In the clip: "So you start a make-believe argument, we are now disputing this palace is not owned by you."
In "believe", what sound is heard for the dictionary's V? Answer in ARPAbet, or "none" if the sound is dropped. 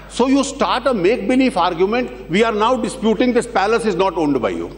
F